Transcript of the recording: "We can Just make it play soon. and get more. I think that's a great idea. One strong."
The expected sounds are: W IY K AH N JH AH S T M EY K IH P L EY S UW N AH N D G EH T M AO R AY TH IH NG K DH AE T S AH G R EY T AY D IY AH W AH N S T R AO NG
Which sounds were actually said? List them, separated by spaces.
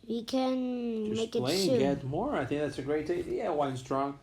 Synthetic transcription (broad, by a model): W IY K AH N M EY K IH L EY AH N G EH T M AO R AY TH IH NG K DH AE T S AH G R EY T AY D IY AH W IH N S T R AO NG